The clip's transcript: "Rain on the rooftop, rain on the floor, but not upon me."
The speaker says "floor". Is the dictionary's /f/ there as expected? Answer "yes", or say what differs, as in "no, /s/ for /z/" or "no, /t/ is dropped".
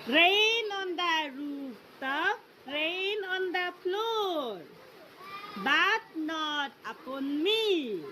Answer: no, /p/ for /f/